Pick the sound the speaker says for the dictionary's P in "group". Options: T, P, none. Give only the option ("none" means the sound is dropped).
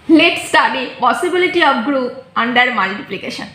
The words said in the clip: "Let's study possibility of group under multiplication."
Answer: none